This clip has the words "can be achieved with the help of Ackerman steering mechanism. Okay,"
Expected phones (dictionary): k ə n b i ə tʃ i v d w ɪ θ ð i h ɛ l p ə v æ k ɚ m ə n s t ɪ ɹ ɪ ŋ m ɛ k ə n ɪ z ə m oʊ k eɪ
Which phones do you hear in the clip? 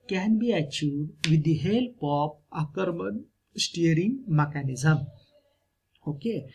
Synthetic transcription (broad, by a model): k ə n b i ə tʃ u d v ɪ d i h ɛ l p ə p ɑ k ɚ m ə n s t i ɹ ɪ ŋ m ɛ k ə n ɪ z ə m oʊ k eɪ